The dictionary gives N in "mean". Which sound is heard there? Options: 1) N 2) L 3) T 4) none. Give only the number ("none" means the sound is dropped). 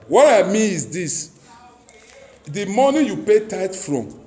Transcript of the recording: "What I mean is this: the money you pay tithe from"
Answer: 4